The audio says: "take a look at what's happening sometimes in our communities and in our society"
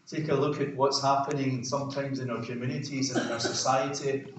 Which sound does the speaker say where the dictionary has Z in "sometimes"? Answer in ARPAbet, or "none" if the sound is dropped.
Z